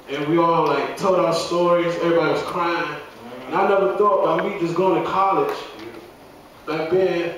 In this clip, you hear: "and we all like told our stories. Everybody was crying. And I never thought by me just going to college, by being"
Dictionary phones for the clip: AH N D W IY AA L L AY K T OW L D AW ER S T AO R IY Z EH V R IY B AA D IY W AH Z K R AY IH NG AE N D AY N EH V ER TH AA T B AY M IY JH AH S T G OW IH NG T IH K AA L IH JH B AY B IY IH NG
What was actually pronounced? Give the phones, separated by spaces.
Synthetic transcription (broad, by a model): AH N W IY AA L L AY K T OW L D AW ER S T AO R IY Z EH V R IY B AA D IY W AH Z K R AY IH NG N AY N EH V ER TH AA T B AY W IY JH AH S G OW IH NG T IH K AA L IH JH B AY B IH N